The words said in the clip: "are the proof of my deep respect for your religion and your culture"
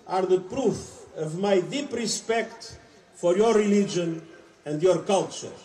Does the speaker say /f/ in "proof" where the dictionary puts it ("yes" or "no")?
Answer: yes